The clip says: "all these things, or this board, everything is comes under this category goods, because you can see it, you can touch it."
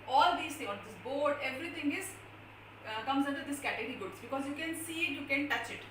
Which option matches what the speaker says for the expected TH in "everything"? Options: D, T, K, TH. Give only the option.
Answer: T